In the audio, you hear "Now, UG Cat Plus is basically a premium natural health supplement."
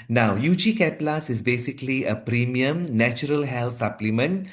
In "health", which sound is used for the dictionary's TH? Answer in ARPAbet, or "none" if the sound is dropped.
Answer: T